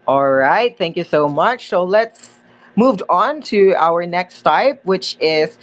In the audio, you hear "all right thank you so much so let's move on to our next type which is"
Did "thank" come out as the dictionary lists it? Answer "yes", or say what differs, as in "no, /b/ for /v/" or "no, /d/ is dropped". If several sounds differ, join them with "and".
yes